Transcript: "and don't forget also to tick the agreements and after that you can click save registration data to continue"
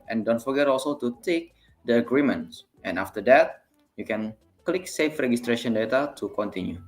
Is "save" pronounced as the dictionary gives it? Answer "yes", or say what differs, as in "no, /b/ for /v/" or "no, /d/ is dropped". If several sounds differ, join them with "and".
no, /f/ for /v/